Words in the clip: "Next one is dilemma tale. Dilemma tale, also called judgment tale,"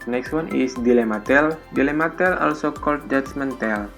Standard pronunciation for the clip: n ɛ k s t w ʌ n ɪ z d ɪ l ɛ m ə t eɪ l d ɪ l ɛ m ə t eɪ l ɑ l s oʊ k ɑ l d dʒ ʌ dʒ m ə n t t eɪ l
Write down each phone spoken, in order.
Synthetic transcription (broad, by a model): n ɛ k s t w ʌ n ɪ s d ɪ l ɛ m ə t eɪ l d ɪ l ɛ m ə t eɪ l ɑ l s oʊ k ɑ l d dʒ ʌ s m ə n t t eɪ l